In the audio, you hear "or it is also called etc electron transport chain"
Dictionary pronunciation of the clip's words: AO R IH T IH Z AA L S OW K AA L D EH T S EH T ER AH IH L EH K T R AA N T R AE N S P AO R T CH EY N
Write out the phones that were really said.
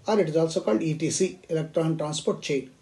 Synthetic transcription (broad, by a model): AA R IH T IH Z AA L S OW K AA L D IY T IY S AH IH L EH K T R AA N T R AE N S P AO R T CH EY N